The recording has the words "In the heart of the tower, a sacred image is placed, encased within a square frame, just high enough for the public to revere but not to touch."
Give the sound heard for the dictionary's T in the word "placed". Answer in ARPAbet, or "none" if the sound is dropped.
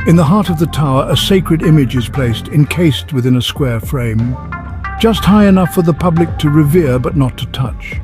T